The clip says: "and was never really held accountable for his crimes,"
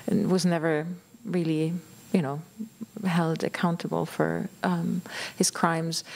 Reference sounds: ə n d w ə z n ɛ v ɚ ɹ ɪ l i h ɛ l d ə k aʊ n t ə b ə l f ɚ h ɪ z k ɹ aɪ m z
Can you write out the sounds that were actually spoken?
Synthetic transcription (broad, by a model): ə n w ə z n ɛ v ɚ ɹ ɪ l i h ɛ l d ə k aʊ n t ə b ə l f ɚ h ɪ z k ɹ aɪ m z